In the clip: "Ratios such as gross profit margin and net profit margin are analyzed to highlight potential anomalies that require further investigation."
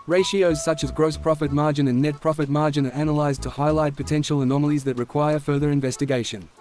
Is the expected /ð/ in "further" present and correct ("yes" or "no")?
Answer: yes